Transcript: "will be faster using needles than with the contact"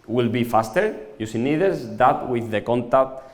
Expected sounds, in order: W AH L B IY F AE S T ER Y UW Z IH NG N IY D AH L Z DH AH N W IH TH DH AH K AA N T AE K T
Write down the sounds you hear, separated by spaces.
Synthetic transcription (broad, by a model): W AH L B IY F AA S T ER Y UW S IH N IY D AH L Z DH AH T W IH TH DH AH K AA N T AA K T